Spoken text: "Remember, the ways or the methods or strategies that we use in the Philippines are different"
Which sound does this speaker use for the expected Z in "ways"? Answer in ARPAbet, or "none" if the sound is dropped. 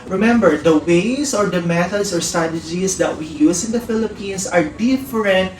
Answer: S